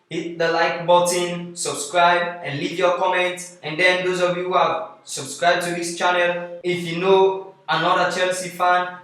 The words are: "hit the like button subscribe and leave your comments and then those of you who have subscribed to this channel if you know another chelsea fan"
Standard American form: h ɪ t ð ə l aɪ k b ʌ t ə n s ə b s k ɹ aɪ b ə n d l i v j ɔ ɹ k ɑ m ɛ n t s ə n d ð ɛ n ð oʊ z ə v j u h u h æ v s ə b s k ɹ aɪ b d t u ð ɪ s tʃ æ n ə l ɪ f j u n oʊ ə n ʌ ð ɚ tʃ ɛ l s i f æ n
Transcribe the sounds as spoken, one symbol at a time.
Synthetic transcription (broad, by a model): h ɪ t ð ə l aɪ k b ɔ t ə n s ə b s k ɹ aɪ b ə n l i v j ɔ k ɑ m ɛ n t ə n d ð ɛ n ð oʊ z ə v j u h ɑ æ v s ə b s k ɹ aɪ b t u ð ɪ s tʃ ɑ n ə l ɪ f j u n oʊ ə n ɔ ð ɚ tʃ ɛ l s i f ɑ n